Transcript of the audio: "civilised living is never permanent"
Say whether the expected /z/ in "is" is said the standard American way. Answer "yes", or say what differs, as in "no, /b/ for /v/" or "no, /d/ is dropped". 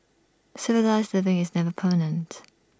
yes